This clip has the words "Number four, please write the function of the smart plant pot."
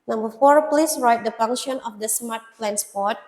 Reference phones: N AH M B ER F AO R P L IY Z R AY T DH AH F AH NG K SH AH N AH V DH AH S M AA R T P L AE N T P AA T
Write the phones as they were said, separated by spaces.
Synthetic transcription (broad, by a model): N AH M B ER F AO R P L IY S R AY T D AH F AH NG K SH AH N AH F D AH S M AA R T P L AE N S P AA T